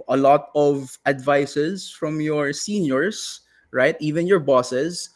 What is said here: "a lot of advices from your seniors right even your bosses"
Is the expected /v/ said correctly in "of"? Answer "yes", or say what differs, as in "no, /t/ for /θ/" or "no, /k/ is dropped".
yes